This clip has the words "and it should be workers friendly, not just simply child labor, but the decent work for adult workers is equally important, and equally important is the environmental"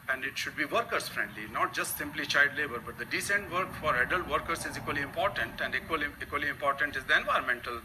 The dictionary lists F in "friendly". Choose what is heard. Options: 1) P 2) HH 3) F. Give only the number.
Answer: 3